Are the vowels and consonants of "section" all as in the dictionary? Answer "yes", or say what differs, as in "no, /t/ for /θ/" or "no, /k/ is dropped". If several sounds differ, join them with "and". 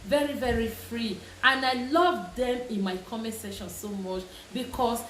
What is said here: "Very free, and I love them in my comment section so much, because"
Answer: no, /k/ is dropped